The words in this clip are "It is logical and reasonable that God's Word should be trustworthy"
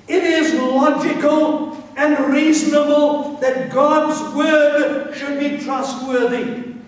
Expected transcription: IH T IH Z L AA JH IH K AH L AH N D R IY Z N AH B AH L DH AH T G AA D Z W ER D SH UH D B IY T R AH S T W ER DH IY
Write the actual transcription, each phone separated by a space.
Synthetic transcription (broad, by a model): IH T IH Z L AA JH IH K AH L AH N R IY Z N AH B AH L DH AH T G AA D Z W ER D SH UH D B IY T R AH S T W ER DH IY